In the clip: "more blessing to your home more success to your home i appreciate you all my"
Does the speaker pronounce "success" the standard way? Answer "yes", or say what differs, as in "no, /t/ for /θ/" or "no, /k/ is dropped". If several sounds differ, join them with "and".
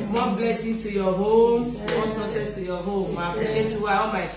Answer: no, /k/ is dropped